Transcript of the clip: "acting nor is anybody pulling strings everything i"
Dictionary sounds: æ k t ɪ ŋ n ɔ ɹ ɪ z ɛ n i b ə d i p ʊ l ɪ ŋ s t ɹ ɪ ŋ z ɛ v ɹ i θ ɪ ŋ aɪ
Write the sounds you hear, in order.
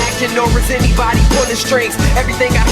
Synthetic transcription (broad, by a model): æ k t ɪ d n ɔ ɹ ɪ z ɛ n i b ə d i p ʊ n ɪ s t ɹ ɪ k ɛ v ɹ i θ ɪ ŋ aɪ